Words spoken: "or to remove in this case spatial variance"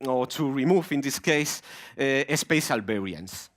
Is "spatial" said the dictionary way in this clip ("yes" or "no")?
no